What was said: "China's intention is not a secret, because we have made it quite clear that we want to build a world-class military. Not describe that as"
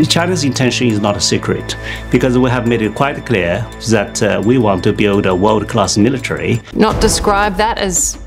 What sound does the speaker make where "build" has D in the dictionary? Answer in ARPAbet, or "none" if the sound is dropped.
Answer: D